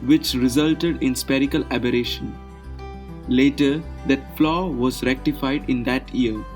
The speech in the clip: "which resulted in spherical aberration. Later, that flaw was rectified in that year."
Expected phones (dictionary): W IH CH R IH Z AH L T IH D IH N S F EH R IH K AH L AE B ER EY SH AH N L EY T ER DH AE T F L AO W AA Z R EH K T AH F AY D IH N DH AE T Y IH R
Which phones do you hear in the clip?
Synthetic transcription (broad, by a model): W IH CH R IH Z AH L T IH D IH N S P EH R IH K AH L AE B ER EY SH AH N L EY T ER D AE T F L AO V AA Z R EH K T AH F AY D IH N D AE T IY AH R